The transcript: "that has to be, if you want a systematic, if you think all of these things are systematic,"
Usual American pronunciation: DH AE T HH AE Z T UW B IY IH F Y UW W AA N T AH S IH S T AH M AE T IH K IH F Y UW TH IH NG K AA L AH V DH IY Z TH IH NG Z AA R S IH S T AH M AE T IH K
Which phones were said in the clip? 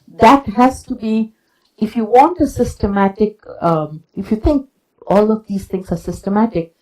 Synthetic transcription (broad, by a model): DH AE T HH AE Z T UW B IY IH F Y UW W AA N T AH S IH S T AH M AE T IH K IH F Y UW T IH NG K AA L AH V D IY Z T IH NG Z AA R S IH S T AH M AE T IH K